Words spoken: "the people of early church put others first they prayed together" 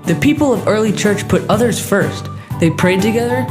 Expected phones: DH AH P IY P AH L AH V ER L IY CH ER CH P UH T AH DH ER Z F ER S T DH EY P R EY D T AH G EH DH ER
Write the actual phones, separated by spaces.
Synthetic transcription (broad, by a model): DH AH P IY P L AH V ER L IY CH ER CH P UH T AH DH ER Z F ER S T DH EY P R EY D T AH G EH DH ER